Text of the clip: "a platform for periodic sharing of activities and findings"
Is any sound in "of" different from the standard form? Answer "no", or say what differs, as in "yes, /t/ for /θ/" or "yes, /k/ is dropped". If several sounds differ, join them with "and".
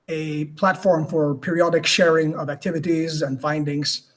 no